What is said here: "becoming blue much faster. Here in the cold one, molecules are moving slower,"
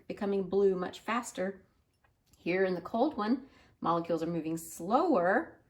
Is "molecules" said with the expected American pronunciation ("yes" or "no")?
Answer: yes